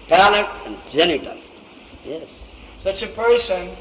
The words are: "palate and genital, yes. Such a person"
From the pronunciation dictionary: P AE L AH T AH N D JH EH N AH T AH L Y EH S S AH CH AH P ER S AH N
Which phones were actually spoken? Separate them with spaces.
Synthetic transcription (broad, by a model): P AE L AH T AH N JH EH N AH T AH N Y EH S S AH CH AH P ER S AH N